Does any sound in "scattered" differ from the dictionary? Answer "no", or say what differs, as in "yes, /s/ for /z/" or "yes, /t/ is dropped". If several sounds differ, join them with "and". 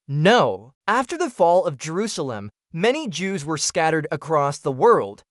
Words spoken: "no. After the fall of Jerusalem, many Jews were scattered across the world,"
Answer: no